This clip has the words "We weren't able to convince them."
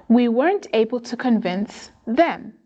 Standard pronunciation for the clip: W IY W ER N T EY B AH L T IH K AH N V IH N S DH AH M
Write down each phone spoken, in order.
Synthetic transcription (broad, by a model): W IY W ER N T EY B AH L T IH K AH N V IH N S DH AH M